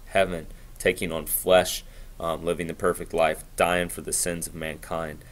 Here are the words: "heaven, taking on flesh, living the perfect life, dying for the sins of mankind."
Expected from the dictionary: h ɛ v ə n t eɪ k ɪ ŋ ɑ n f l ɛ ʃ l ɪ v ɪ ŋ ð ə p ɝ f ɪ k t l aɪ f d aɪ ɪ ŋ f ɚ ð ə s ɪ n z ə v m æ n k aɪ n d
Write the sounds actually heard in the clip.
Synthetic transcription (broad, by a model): h ɛ v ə n t eɪ k ɪ ŋ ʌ n f l ɛ ʃ l ɪ v ɪ ŋ ð ə p ɝ f ɪ k t l aɪ f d aɪ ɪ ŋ f ɚ ð ə s ɪ n z ə v m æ n k aɪ n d